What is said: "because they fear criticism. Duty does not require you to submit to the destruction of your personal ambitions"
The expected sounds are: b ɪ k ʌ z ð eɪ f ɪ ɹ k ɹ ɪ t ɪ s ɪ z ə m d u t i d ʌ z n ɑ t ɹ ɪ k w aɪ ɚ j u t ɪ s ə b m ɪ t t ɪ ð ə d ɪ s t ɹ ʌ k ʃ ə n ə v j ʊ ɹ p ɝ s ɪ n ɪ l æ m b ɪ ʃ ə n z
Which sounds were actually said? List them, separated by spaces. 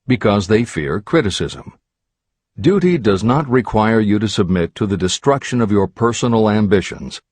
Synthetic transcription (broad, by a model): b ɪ k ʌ z ð eɪ f ɪ ɹ k ɹ ɪ t ɪ s ɪ z ə m d u t i d ʌ z n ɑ t ɹ ɪ k w aɪ ɚ j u t ɪ s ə b m ɪ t t ɪ ð ə d ɪ s t ɹ ʌ k ʃ ə n ə v j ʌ ɹ p ɝ s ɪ n l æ m b ɪ ʃ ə n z